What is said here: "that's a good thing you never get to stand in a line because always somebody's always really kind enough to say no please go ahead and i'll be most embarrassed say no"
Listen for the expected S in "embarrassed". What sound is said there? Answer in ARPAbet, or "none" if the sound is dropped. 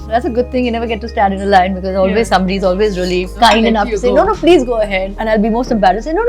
none